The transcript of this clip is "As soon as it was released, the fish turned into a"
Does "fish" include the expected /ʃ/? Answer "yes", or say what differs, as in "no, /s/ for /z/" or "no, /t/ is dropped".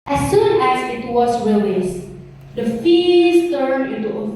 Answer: no, /s/ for /ʃ/